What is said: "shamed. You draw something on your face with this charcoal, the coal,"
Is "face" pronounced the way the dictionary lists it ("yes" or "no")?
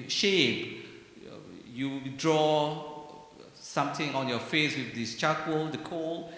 yes